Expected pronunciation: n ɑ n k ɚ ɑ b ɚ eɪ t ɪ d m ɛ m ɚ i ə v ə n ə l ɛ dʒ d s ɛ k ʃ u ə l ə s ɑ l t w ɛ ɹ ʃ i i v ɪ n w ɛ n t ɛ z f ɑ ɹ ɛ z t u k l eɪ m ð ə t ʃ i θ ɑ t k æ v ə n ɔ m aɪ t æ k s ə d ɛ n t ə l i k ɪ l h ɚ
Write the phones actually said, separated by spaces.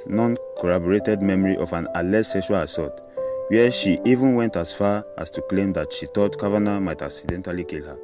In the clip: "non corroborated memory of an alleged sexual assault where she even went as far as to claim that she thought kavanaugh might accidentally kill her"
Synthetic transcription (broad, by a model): n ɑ n k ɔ ɑ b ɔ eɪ t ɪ d m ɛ m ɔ i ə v ə n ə l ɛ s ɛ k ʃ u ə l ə s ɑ t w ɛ ʃ i i v ɪ n w ɛ n t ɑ s f ɑ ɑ s t u k l eɪ m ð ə t ʃ i t ɑ t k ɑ v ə n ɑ m aɪ t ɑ k s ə d ɛ n t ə l i k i l h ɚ